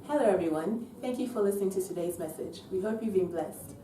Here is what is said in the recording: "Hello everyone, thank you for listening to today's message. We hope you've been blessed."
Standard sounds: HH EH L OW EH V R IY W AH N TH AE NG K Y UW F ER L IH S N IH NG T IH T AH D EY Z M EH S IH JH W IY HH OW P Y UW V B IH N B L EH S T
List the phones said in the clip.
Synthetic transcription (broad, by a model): HH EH L OW EH V R IY W AH N TH AE NG K Y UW F ER L IH S N IH NG T IH T AH D EY Z M EH S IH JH W IY HH OW P Y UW V B IH N B L EH S T